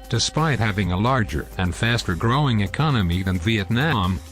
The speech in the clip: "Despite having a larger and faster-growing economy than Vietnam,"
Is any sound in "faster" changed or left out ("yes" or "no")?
no